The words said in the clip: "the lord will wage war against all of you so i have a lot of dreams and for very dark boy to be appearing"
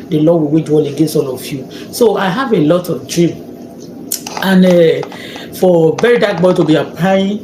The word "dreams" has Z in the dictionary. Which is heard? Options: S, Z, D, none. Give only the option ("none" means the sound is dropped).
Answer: none